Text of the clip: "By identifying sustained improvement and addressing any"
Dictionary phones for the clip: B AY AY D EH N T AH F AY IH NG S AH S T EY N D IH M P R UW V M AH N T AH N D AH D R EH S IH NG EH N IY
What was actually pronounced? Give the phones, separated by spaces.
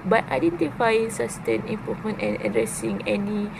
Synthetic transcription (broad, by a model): B AY AY D EH N T AH F AY IH NG S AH S T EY N IH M P AO M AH N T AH N AH D R EH S IH NG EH N IY